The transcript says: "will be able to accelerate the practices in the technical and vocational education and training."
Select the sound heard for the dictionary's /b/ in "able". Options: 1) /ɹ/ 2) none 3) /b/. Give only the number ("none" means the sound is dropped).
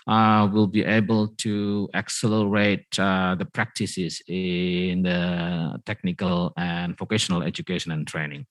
3